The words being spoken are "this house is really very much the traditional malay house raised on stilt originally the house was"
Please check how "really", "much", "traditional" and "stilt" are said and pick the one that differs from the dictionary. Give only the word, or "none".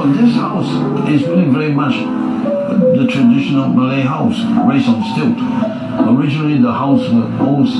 really